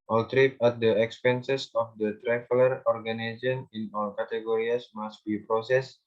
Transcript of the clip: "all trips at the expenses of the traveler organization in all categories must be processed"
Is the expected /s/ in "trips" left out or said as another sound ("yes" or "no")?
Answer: yes